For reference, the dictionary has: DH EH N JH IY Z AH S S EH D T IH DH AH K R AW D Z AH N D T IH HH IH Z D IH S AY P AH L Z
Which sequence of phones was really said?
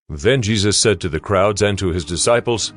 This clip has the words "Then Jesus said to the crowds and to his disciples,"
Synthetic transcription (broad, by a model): DH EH N JH IY Z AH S S EH D T IH DH AH K R AW D Z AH N T IH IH Z D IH S AY P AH L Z